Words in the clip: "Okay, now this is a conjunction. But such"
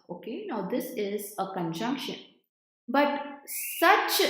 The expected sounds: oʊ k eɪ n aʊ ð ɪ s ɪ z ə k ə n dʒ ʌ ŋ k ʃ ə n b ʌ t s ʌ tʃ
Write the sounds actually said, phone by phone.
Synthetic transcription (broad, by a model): oʊ k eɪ n aʊ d ɪ s ɪ z ə k ə n dʒ ʌ ŋ k ʃ ə n b ʌ t s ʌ tʃ